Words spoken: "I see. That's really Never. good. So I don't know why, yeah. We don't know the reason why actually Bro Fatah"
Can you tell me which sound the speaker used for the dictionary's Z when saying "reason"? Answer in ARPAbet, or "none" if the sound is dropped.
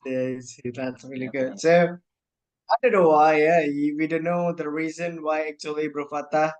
Z